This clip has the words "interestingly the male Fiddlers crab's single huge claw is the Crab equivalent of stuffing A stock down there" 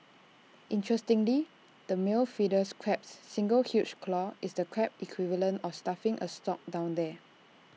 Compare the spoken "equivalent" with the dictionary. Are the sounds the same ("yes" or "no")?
no